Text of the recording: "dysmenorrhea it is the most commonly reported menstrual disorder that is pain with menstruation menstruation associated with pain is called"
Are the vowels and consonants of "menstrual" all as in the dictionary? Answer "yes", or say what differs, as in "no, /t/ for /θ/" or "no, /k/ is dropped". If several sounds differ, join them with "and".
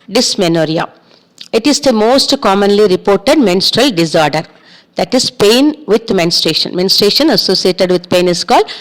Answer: yes